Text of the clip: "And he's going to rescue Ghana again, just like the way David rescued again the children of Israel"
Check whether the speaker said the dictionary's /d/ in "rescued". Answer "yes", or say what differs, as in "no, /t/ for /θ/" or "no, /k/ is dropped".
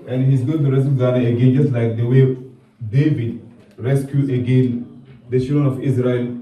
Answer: no, /d/ is dropped